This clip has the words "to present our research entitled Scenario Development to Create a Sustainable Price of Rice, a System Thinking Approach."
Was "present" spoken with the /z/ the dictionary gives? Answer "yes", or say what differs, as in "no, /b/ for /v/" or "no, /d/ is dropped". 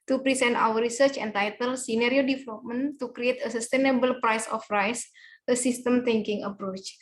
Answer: no, /s/ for /z/